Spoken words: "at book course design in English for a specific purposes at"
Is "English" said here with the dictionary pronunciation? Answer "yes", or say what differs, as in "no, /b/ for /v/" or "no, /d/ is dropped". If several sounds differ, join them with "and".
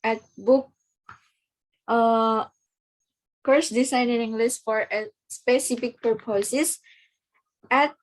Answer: no, /s/ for /ʃ/